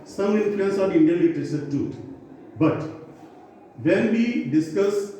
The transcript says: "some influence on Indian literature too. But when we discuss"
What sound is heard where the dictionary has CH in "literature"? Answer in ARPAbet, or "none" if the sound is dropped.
S